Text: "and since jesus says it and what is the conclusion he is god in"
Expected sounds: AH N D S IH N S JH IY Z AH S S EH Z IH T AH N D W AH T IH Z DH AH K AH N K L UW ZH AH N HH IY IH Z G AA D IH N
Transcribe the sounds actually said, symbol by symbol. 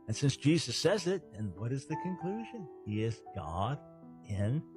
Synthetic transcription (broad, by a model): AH N S IH N S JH IY Z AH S S EH Z IH T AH N W AH T IH Z DH AH K AH N K L UW ZH AH N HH IY IH Z G AA D IH N